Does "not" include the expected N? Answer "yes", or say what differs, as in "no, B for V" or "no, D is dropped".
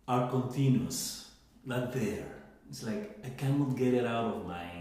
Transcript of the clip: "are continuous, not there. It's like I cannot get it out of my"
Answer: no, L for N